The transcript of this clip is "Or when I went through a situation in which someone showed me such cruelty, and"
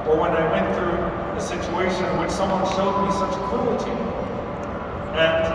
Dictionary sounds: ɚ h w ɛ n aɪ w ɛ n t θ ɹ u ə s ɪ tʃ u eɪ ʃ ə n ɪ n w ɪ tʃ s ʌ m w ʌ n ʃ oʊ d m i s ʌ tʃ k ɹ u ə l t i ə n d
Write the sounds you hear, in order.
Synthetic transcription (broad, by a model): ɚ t w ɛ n aɪ w ɛ n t θ ɹ u ə s ɪ tʃ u eɪ ə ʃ ɪ n w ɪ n s ʌ m w ʌ n ʃ oʊ d m i s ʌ tʃ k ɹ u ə t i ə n